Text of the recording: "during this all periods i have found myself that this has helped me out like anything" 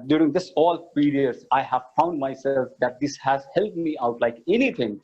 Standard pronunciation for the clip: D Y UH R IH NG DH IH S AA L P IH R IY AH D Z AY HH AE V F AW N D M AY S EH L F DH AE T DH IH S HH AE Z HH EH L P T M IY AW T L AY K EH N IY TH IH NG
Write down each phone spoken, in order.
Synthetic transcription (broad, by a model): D Y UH R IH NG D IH S AA L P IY R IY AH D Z AY HH AE V F AW N D M AY S EH L F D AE T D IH S HH AE Z HH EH L T M IY AW T L AY K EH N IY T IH NG